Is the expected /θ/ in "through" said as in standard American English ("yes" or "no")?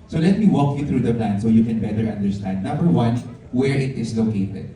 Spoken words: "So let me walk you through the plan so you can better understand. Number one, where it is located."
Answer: no